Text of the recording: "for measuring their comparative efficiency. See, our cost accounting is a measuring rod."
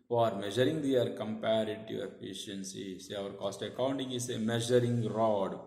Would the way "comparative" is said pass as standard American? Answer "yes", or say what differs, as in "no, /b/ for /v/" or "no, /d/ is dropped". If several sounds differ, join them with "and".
no, /v/ is dropped